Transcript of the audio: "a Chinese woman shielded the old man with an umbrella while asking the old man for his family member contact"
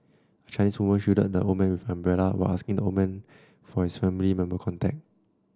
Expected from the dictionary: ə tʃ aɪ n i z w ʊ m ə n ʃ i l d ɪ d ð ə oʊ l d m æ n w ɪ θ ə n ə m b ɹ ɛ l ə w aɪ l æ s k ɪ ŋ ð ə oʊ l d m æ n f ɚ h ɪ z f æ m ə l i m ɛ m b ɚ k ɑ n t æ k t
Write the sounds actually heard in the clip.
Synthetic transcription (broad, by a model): ə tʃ aɪ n i s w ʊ m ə n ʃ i d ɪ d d ə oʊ m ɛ n w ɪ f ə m b ɹ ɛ l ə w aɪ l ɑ s k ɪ ŋ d ə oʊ m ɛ n f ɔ h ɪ s f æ m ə l i m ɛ m b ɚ k ɑ n t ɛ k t